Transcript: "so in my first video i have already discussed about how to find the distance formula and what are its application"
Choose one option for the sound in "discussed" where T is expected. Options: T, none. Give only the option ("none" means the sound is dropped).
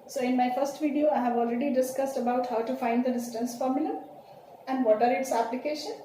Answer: T